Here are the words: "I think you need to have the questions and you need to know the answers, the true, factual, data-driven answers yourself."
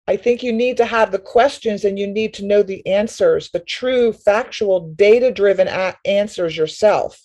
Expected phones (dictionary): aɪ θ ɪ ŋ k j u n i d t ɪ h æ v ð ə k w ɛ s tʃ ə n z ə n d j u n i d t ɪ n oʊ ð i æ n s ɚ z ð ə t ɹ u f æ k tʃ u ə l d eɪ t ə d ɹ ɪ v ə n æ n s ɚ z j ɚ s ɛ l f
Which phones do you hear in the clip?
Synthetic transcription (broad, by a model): aɪ θ ɪ ŋ k j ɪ n i d t ɪ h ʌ v ð ə k w ɛ s tʃ ə n z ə n j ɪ n i d t ɪ n oʊ ð i æ n s ɚ z ð ə t ɹ u f æ k tʃ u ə l d eɪ t ə d ɹ ɪ v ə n æ n s ɚ z j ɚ s ɛ l f